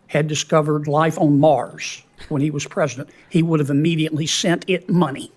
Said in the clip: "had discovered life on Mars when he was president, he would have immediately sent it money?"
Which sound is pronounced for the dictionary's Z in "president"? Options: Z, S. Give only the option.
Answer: Z